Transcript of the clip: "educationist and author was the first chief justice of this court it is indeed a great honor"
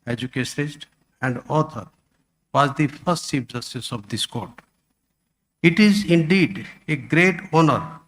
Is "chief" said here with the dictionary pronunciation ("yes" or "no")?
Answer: no